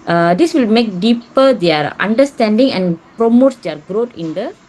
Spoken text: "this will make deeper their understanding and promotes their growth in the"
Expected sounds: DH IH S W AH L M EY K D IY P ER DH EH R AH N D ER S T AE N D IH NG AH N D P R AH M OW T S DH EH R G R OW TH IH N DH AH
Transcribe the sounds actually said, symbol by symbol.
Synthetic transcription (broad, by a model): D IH S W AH L M EY K D IY P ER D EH R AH N D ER S T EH N D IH NG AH N P R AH M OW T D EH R G R OW T IH N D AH